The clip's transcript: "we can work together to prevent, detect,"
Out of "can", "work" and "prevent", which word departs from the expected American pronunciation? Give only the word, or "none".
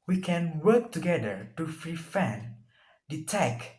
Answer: prevent